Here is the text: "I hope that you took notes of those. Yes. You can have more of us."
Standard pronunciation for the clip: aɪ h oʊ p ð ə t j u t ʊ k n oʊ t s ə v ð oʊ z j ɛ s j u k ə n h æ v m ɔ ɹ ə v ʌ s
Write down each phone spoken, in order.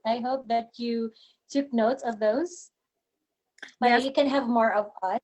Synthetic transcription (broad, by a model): aɪ h oʊ p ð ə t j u t ʊ k n oʊ t s ə v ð oʊ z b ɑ j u k ə n h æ v m ɔ ɹ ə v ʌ